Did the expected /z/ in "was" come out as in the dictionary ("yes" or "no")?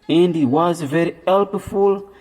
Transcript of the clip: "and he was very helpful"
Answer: yes